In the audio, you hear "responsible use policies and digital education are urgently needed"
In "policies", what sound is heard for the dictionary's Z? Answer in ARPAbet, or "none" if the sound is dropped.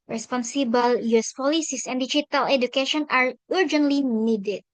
S